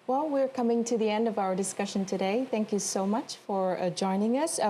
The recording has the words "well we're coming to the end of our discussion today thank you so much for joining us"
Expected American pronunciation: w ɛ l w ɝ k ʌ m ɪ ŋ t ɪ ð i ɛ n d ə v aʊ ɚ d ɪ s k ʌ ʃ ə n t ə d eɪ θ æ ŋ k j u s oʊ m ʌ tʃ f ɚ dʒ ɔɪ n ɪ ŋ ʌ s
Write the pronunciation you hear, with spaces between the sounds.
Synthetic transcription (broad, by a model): w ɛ l w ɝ k ʌ m ɪ ŋ t ɪ ð i ɛ n d ə v aʊ ɚ d ɪ s k ʌ ʃ ə n t ə d eɪ θ æ ŋ k j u s oʊ m ʌ tʃ f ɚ dʒ ɔɪ n ɪ ŋ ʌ s